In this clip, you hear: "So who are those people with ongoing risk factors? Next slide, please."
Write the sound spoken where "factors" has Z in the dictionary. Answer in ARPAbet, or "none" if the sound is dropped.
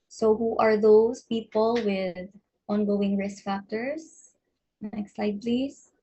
S